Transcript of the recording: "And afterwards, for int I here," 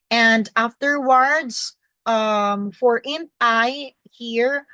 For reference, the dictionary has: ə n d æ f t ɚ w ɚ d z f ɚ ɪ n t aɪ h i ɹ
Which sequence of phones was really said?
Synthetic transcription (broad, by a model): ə n d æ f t ɚ w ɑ d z f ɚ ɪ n aɪ h i ɹ